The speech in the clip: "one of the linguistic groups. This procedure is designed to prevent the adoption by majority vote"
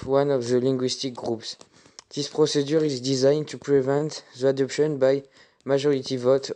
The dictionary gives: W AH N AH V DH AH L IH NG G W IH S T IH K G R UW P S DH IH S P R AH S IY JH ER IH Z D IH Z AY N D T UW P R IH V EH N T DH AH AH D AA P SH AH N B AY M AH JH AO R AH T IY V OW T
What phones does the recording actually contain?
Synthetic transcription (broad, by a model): W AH N AH V DH AH L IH NG G W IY S T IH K G R UW P S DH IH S P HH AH S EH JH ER IH Z D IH Z AY N T UW P R IH V EH N T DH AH AH D AA P SH AH N B AY M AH ZH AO R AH T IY V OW T